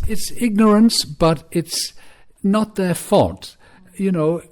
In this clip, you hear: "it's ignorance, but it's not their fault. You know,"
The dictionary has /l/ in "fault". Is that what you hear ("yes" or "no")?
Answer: no